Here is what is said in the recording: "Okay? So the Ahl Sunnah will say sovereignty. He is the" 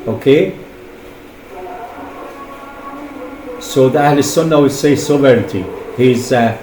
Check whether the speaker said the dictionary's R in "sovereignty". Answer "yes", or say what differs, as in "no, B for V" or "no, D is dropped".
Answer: no, R is dropped